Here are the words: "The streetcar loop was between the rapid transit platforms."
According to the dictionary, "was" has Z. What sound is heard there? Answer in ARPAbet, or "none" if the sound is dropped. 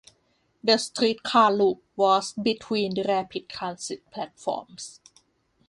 S